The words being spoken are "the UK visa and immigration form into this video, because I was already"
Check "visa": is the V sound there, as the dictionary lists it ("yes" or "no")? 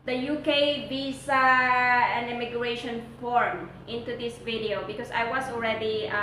no